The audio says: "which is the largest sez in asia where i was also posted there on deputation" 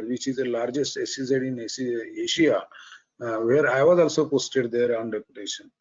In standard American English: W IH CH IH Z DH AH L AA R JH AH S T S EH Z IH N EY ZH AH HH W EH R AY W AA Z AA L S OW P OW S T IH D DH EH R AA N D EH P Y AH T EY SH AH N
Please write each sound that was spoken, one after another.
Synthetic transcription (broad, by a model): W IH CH IH Z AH L AA R JH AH S T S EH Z IH N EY S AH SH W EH R AY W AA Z AA L S OW P OW S T IH D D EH R AA N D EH P Y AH T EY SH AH N